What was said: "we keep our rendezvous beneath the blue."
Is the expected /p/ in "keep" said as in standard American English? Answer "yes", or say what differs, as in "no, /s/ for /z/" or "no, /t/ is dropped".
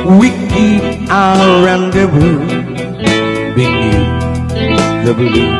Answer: no, /p/ is dropped